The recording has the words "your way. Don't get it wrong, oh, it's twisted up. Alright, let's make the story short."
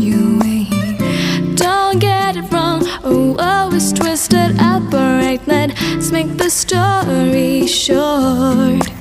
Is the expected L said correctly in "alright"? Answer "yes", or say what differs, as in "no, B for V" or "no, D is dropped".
no, L is dropped